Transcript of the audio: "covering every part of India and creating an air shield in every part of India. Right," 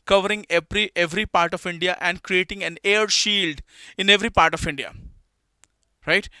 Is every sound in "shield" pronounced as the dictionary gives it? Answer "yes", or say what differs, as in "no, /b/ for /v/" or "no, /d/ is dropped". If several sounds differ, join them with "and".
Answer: yes